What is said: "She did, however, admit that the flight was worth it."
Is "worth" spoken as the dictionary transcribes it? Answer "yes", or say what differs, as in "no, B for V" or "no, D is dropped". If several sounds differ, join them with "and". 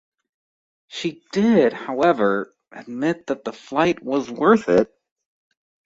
yes